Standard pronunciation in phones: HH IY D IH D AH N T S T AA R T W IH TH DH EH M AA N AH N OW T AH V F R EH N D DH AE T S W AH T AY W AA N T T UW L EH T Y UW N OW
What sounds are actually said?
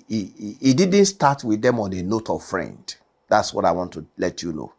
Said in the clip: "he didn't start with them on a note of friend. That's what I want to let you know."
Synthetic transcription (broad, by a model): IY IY D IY D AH N T S T AA T W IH DH EH M AA N AH N OW T AH V F R EH N D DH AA T S W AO T AY W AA N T T UW L EH T Y UW N OW